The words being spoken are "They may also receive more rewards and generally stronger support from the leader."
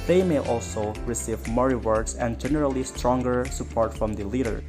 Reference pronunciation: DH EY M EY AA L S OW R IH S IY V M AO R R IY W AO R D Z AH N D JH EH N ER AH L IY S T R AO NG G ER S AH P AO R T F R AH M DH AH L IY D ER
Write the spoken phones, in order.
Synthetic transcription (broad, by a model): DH EY M EY AA L S OW R IH S IY V M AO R R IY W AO R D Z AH N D JH EH N ER AH L IY S T R AO NG G ER S AH P AO R T F R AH M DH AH L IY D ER